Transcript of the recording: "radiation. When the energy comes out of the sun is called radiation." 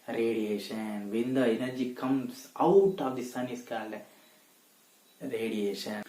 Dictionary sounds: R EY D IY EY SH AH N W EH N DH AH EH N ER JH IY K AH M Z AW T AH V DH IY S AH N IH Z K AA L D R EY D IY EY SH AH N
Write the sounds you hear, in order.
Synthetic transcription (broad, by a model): R EY D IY EY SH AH N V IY N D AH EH N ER JH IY K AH M S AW T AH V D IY S AH N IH S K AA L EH R EY D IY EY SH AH N